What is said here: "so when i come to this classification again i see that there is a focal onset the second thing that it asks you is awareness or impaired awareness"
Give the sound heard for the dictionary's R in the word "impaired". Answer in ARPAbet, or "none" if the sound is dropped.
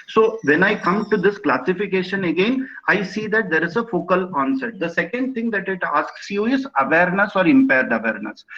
R